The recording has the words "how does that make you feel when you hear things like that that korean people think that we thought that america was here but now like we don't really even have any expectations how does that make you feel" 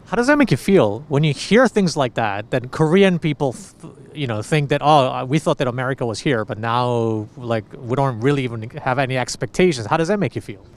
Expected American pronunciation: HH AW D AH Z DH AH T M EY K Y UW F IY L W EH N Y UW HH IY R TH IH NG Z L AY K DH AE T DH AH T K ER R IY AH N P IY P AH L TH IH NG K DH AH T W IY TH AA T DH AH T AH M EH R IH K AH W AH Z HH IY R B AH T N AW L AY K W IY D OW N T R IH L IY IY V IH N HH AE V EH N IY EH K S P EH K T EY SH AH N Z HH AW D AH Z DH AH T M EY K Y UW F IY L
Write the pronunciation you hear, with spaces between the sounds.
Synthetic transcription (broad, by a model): HH AW D AH Z DH AH T M EY K Y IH F IY L W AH N Y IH HH IY R TH IH NG Z L AY K DH AE T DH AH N K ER R IY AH N P IY P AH N TH IH NG K DH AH T W IY TH AA T DH AH T AH M EH R IH K AH W AH Z HH IY R B AH T N AW L AY K W IY D OW N T R IH L IY IY V IH N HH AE V EH N IY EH K S P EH K T EY SH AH N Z HH AW D AH Z DH AH T M EY K Y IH F IY L